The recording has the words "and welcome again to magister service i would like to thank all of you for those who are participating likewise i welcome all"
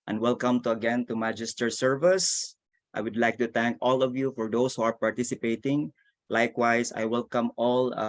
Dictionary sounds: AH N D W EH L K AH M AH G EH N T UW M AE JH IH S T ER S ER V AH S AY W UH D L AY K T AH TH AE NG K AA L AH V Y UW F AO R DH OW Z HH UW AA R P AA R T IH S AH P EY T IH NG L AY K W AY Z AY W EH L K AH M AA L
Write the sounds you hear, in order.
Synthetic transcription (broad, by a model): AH N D W EH L K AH M AH G EH N T UW M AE JH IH S T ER S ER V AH S AY W UH D L AY K T AH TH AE NG K AA L AH V Y UW F AO R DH OW S HH UW AA R P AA R T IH S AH P EY T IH NG L AY K W AY S AY W EH L K AH M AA L